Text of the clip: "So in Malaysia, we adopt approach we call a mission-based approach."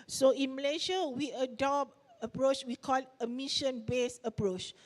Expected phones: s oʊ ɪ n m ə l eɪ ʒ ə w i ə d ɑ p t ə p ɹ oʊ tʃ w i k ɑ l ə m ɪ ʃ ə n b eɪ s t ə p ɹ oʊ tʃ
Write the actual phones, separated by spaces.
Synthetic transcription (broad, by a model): s oʊ ɪ n m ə l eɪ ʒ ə w i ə d ɑ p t ə p ɹ oʊ tʃ w i k ɑ l ə m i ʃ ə n b eɪ s ə p ɹ oʊ tʃ